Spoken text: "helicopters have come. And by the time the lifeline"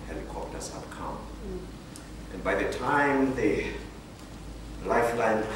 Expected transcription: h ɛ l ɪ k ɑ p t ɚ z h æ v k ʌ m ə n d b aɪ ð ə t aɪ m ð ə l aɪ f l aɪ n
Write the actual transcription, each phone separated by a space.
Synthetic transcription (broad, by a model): h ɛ l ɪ k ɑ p t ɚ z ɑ p k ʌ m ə n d b aɪ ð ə t aɪ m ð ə l aɪ f l aɪ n